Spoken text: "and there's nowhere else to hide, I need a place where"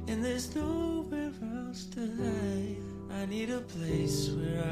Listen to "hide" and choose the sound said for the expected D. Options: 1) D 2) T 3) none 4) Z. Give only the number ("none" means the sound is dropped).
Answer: 3